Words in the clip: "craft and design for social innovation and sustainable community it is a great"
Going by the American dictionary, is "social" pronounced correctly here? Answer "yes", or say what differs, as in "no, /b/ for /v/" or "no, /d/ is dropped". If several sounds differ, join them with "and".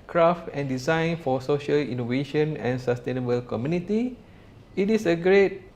yes